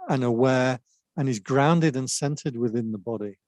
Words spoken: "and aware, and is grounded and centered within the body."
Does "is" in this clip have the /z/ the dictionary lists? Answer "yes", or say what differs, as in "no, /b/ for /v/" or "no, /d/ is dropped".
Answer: yes